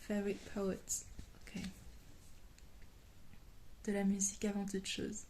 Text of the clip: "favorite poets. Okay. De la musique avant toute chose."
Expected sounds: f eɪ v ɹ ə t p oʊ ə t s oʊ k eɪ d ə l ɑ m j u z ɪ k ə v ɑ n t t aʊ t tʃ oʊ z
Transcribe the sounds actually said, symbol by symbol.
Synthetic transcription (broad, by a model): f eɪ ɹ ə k p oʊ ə t oʊ k eɪ d ə l ɑ m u z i k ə v ɑ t t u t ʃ oʊ z